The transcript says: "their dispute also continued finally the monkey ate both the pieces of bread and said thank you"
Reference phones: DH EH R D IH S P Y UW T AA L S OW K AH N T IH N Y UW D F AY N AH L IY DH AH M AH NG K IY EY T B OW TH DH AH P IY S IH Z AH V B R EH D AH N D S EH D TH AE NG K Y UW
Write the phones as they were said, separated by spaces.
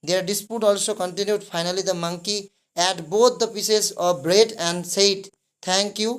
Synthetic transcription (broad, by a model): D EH R D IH S P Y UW T AA L S OW K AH N T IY N Y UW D P AY N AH L IY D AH M AH NG K IY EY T B OW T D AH P IY S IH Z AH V B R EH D AH N D S EH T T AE NG K Y UW